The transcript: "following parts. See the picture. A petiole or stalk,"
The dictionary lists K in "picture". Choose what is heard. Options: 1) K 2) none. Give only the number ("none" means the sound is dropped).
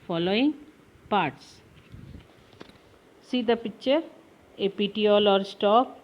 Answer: 2